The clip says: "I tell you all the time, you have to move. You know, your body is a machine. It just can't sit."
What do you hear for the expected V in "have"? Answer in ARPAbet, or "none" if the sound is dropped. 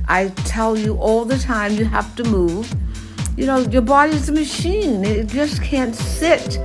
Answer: F